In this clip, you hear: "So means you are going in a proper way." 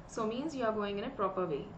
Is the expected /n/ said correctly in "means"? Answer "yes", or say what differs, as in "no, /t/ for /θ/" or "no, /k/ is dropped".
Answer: yes